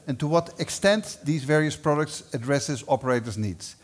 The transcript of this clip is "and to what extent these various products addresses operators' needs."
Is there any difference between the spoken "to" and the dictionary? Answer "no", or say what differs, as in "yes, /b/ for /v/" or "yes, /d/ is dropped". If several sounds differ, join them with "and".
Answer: no